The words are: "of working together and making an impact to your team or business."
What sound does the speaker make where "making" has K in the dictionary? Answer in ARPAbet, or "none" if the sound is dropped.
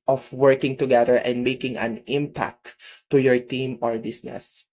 K